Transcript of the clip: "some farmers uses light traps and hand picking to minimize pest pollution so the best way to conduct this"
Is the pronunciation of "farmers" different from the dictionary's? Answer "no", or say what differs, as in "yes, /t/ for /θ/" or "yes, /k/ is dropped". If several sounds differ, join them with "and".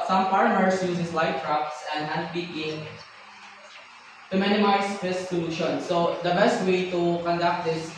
yes, /p/ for /f/ and /s/ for /z/